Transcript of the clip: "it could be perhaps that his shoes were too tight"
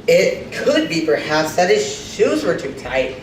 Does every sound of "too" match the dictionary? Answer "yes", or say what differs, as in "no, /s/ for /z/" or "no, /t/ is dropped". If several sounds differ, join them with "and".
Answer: yes